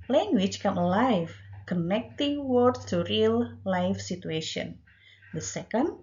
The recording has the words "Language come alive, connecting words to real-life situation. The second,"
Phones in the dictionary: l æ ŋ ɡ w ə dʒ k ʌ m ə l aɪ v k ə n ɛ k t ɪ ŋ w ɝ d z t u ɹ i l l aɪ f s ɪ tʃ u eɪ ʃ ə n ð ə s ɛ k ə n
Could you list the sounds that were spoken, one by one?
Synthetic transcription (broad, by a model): l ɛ ŋ ɡ w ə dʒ k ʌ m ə l aɪ f k ə n ɛ k t ɪ ŋ w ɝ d t u ɹ i l l aɪ f s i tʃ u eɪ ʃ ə n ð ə s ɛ k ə n